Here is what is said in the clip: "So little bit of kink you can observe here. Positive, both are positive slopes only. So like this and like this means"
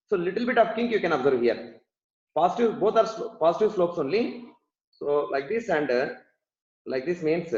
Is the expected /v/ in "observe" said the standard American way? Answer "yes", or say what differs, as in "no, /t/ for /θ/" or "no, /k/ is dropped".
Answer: yes